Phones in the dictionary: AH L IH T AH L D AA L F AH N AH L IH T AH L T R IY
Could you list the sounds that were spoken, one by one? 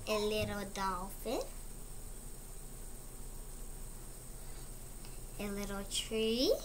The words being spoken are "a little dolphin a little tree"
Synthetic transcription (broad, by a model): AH L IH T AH D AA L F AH AH L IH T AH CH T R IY